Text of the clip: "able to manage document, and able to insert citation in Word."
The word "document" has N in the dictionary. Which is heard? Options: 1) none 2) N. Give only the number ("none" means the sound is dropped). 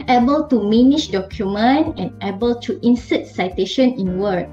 2